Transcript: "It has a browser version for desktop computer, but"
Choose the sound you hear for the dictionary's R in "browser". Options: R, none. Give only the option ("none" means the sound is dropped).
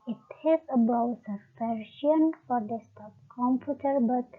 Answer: none